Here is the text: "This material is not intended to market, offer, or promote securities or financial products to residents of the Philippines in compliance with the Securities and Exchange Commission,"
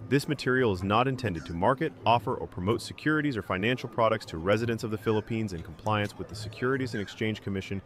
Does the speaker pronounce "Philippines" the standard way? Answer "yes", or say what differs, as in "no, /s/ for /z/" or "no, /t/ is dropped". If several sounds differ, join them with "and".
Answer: yes